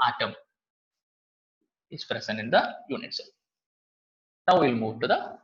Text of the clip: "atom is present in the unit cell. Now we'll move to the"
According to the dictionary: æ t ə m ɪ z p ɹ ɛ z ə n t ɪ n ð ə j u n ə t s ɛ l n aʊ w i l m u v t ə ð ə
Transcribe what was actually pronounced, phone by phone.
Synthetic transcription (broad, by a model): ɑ t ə m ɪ s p ɹ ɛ s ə n ɪ n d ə j u n ə t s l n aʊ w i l m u t ə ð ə